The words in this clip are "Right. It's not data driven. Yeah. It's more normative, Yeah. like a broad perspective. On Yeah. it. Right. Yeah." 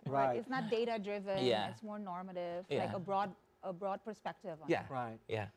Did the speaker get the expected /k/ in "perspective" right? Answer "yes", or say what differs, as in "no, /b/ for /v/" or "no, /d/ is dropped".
yes